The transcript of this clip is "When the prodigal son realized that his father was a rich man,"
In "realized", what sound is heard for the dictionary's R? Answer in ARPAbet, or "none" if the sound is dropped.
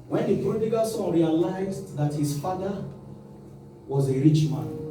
R